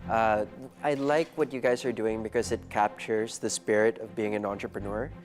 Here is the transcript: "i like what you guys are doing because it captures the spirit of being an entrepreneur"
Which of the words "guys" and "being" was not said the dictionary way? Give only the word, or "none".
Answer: none